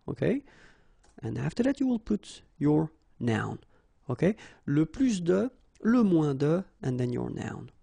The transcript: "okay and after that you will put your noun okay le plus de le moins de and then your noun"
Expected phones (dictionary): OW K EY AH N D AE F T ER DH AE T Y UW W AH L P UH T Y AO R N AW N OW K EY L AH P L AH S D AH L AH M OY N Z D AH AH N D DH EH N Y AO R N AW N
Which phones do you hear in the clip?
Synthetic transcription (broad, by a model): OW K EY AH N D AE F T ER DH AE T Y UW W AH L P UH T Y AO R N AW N OW K EY L AH P L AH S D AH L AH M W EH D AH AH N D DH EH N Y AO R N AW N